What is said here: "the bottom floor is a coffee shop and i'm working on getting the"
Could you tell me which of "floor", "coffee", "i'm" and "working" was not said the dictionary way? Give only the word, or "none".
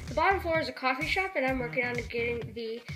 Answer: floor